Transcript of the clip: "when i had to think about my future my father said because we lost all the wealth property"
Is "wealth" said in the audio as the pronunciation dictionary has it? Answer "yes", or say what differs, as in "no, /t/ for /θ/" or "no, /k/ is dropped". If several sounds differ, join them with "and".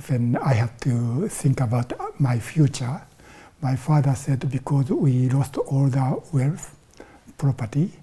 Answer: no, /f/ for /θ/